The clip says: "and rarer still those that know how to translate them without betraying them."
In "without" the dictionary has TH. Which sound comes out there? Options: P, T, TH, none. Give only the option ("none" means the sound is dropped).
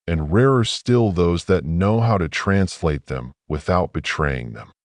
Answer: TH